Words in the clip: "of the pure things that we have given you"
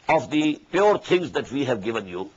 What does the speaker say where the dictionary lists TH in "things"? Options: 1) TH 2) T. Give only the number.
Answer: 2